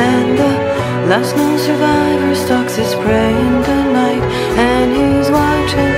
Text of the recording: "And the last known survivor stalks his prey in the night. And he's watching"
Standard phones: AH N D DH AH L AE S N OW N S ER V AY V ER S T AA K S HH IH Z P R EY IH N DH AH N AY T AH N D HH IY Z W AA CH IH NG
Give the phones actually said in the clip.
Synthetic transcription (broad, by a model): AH N DH AH L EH S N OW S ER V AY V ER S T AA K S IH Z P R EY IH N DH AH N AY T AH N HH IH Z W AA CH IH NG